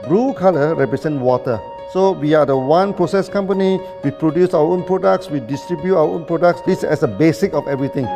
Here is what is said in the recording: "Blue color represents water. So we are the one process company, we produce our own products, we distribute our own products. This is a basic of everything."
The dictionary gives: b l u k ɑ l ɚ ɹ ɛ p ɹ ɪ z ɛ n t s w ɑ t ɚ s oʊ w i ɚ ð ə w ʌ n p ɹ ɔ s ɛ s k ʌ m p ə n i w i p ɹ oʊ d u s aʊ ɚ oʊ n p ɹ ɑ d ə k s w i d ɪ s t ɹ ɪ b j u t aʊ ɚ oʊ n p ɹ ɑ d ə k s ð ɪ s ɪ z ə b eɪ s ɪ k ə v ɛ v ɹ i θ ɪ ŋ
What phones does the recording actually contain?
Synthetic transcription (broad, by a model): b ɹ u k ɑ l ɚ ɹ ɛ p ɹ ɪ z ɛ n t w ɑ t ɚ s oʊ w i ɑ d ə w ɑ n p ɹ ɔ s ɛ s k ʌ m p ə n i w i p ɹ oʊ d u s aʊ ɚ oʊ n p ɹ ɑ d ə k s w i d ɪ s t ɹ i b j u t aʊ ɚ oʊ n p ɹ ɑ d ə k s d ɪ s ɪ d ə b eɪ s ɪ k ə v ɛ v ɹ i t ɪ ŋ